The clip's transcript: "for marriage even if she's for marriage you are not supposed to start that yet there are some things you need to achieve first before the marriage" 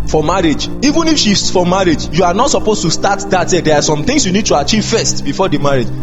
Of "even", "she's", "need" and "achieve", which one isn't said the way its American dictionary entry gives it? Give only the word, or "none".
she's